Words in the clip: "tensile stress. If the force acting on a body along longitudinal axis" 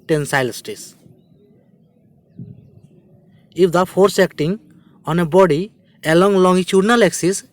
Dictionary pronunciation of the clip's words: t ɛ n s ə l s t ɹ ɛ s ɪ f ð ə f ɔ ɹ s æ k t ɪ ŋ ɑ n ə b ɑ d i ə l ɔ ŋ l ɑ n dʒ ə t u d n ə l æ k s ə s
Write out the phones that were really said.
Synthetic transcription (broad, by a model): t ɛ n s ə l s t i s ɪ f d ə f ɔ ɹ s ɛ k t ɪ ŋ ɑ n ə b ɑ d i ə l ɔ ŋ l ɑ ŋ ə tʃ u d n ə l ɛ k s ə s